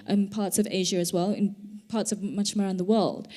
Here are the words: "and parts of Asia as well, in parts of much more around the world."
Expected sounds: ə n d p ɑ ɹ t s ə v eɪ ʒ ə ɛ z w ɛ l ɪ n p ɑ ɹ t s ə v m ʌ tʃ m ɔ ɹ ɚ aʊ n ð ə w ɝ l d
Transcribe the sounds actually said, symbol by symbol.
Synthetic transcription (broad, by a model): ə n p ɑ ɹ t s ə v eɪ ʒ ə z w ɛ l ɪ n p ɑ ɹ t s ə v m ʌ tʃ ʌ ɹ ɚ aʊ n ð ə w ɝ l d